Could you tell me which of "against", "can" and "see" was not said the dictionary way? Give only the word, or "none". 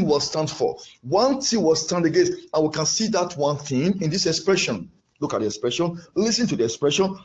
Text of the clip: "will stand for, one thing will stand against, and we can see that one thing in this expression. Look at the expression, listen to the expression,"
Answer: against